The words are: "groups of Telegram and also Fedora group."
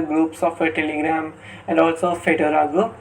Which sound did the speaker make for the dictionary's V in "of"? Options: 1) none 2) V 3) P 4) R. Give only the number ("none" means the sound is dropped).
3